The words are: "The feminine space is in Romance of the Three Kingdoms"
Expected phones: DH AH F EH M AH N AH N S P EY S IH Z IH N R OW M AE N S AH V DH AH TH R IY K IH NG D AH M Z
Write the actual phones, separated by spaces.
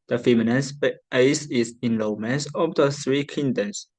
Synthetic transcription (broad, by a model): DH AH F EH M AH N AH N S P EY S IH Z IH N L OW M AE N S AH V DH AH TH R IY K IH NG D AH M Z